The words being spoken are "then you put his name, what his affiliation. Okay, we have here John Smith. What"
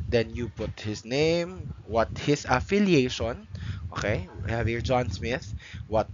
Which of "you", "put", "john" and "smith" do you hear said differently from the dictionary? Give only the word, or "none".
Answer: none